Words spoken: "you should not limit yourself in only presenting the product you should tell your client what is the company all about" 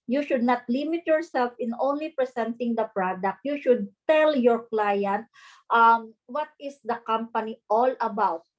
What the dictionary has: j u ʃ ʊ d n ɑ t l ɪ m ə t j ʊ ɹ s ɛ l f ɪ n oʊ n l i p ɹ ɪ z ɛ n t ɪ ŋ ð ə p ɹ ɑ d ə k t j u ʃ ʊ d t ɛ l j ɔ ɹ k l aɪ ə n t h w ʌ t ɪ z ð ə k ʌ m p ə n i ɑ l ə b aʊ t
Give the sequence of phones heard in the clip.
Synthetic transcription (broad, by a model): j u ʃ ʊ d n ɑ t l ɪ m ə t j ʊ ɹ s ɛ l f ɪ n oʊ n l i p ɹ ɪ s ɛ n t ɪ ŋ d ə p ɹ ɑ d ə k t j u ʃ ʊ d t ɛ l j ɔ ɹ k l aɪ ə n t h w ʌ t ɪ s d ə k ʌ m p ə n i ɑ l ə b aʊ t